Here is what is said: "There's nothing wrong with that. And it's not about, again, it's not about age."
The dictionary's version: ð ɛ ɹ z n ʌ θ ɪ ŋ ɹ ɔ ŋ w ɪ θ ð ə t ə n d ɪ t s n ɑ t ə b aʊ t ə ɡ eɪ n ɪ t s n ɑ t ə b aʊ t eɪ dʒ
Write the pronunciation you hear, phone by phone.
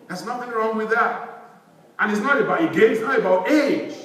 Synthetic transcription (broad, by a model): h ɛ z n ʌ t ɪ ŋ ɹ ɔ ŋ w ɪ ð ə t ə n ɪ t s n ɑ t ə b aʊ t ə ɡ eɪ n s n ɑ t ə b aʊ t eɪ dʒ